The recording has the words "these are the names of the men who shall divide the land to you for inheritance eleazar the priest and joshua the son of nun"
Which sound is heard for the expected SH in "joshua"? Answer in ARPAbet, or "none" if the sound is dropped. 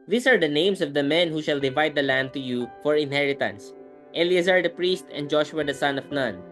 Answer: SH